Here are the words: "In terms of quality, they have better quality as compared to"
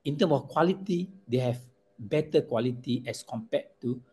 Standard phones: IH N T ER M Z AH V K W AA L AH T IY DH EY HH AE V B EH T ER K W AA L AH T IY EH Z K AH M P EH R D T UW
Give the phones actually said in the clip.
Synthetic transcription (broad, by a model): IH N T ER M AH F K W AA L AH T IY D EY HH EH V B EH T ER K W AA L AH T IY EH S K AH M P EH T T UW